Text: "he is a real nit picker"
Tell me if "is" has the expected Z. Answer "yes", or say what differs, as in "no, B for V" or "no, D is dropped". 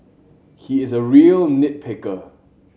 yes